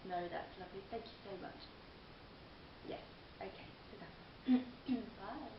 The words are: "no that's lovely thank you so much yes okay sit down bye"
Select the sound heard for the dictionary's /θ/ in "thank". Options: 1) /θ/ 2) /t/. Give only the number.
1